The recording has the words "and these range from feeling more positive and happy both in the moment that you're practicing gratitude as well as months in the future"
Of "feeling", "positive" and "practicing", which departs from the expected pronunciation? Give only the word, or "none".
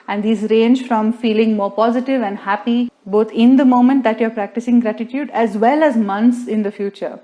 none